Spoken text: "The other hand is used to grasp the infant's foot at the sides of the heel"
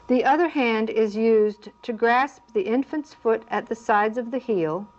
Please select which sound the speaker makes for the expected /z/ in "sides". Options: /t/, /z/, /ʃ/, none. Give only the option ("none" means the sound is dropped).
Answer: /z/